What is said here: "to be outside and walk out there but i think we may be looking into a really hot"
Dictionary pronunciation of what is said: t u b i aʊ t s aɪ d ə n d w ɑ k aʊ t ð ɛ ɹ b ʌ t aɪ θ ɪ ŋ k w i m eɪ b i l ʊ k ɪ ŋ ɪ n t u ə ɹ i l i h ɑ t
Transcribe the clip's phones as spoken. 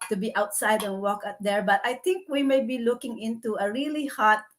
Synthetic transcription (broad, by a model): t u b i aʊ t s aɪ d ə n w ɑ k aʊ t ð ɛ ɹ b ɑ t aɪ t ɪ ŋ k w i m eɪ b i l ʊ k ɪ ŋ ɪ n t u ə ɹ i l i h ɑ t